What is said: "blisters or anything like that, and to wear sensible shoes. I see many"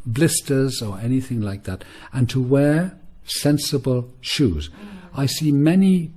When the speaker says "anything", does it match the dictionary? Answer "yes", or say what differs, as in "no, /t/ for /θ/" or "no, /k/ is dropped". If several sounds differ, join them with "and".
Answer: yes